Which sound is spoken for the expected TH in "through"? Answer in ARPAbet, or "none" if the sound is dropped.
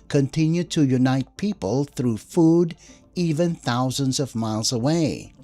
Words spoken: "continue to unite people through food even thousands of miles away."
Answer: TH